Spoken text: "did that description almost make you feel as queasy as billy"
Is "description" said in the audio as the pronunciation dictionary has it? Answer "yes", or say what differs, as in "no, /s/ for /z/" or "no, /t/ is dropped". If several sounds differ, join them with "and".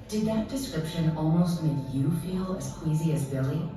yes